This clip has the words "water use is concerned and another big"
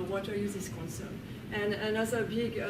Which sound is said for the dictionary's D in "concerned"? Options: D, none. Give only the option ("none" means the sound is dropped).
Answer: none